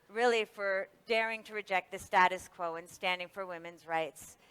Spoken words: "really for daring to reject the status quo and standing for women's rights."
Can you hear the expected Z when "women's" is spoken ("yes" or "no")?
yes